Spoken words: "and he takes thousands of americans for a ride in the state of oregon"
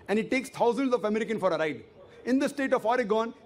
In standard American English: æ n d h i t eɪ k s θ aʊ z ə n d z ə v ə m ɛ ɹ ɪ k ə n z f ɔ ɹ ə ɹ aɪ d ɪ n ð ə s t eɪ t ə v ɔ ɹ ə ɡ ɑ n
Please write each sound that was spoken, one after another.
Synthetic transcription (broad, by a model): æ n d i t eɪ k s t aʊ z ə n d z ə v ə m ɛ ɹ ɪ k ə n f ɔ ɹ ə ɹ aɪ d ɪ n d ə s t eɪ t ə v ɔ ɹ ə ɡ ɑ n